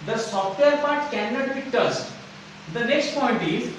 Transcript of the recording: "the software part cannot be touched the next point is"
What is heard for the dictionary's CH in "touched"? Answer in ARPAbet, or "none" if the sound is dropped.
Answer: S